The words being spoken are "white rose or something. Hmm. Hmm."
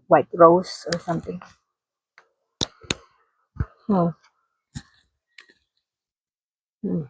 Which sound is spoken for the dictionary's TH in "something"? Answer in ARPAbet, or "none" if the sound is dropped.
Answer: T